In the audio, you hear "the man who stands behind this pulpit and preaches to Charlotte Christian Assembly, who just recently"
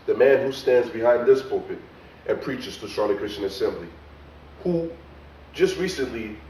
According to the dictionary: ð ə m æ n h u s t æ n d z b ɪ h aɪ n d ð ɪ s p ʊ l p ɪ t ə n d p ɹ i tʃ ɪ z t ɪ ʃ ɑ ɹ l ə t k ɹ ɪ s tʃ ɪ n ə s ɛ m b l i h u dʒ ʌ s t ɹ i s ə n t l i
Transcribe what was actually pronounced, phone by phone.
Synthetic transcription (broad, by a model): ð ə m æ n h u s t æ n d z b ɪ h aɪ n ð ɪ s p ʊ p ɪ t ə n p ɹ i tʃ ɪ z t ɪ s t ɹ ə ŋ k ɹ ɪ s tʃ ɪ n ə s ɛ m b l i h u dʒ ʌ s t ɹ i s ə n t l i